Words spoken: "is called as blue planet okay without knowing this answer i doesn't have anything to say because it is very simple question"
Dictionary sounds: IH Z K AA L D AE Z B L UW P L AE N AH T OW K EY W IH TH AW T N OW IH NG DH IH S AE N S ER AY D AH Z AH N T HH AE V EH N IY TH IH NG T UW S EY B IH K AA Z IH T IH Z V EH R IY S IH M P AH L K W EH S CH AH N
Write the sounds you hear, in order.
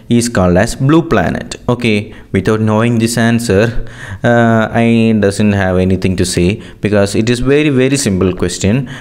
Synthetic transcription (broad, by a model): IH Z K AA L D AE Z B L UW P L AE N AH T OW K EY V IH T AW T N OW IH NG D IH S AE N S ER AY D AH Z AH N T HH AE V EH N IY T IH NG T UW S EY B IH K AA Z IH T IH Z V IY R IY S IH M P AH L K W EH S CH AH N